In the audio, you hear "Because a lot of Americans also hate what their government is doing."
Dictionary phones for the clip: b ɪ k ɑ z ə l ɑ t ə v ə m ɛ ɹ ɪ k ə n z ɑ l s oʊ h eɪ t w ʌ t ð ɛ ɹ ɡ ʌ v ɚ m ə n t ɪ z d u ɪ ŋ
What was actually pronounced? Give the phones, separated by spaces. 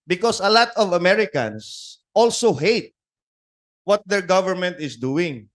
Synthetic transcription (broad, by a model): b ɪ k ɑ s ə l ɑ t ə v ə m ɛ ɹ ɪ k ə n s ɑ l s oʊ h eɪ t w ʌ t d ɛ ɹ ɡ ʌ v ɚ m ə n t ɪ s d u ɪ ŋ